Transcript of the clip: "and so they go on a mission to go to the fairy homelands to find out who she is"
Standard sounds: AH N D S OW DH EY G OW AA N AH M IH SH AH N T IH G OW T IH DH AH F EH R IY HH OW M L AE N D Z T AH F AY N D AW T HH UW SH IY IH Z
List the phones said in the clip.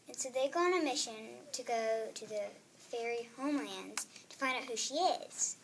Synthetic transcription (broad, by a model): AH N S OW DH EY G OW AA N AH M IH SH AH N T IH G OW T IH DH AH F EH R IY HH OW M L AE N D Z T AH F AY N D AW T HH UW SH IY IH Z